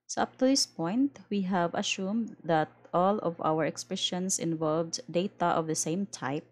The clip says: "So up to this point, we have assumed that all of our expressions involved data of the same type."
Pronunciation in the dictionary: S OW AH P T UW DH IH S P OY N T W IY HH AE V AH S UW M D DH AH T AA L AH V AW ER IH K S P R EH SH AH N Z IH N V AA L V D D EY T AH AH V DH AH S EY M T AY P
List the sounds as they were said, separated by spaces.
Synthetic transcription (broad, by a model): S OW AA P T UW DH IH S P OY N T W IY HH AE V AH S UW M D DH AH T AA L AH V AW ER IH K S P R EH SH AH N S IH N V AA L V D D EY T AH AH V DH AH S EY M T AY P